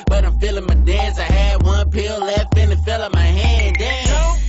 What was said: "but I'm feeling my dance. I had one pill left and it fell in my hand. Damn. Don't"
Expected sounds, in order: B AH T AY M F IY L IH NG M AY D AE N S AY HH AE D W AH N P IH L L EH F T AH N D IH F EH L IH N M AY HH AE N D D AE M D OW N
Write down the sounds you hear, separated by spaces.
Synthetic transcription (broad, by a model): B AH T AY M F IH L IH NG M AY D AE N S AY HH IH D W AH N P IH L L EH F AH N IH F EH L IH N M AY HH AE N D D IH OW